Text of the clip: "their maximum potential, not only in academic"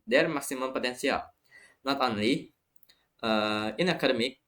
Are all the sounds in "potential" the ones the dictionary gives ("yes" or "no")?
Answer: no